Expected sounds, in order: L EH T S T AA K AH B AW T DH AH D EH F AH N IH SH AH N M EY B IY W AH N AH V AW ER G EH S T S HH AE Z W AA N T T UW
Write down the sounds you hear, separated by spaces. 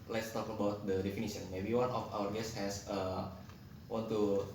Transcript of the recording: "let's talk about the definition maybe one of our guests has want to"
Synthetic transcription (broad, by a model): L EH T S T AA K AH B AW T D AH D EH F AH N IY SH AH N M EY B IY W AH N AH F AW ER G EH S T HH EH S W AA N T T UW